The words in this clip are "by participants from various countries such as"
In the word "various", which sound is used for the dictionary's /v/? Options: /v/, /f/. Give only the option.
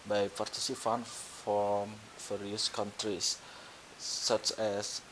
/f/